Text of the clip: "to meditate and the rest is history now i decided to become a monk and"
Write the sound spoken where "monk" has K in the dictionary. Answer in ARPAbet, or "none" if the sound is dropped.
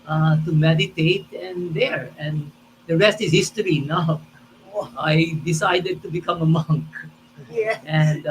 K